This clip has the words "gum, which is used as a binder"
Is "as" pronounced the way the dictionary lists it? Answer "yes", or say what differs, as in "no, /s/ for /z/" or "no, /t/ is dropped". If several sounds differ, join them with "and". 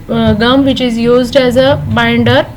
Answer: yes